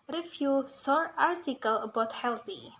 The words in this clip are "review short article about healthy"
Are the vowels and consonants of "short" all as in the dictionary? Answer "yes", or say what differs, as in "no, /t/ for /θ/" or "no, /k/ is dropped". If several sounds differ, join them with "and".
no, /s/ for /ʃ/